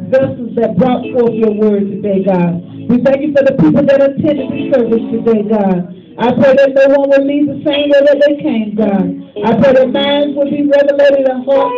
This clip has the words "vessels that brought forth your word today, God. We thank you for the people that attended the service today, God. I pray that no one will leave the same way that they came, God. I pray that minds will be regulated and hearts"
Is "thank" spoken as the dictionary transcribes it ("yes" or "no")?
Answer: yes